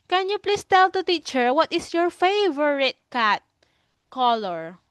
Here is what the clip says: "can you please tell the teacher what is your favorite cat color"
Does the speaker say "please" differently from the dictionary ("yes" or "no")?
yes